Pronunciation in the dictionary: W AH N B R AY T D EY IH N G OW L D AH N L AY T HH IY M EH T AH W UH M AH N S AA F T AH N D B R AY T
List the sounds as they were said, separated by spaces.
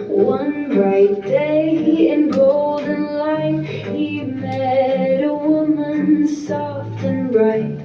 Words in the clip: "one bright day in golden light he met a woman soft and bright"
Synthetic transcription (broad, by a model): W AH N B R AY T D EY IH N G OW L D N L AY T HH IY M EH T AH W UH M AH N S AA F T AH N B R AY T